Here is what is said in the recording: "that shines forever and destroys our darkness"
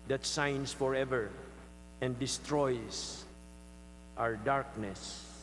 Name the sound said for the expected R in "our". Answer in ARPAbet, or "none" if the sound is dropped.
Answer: R